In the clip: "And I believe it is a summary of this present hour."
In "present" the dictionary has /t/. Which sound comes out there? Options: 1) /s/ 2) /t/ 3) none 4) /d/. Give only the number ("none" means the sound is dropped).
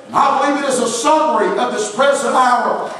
3